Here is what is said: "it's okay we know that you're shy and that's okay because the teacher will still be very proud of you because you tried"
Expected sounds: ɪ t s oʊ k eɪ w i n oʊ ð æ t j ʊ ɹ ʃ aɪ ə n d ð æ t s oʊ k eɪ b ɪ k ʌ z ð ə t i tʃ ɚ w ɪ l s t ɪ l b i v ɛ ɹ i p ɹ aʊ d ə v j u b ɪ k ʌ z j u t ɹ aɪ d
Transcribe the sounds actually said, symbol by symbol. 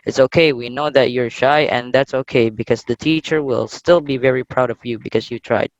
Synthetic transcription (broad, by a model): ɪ t s oʊ k eɪ w i n oʊ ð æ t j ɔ ɹ ʃ aɪ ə n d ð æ t s oʊ k eɪ b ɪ k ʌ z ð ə t i tʃ ɚ w ɪ l s t ɪ l b i v ɛ ɹ i p ɹ aʊ d ə v j u b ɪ k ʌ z j u t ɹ aɪ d